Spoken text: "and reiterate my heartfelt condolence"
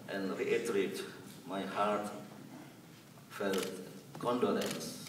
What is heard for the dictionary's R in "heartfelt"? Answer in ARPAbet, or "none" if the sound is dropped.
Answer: R